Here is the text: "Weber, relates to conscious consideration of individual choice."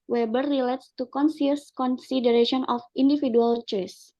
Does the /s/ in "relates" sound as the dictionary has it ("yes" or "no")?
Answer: yes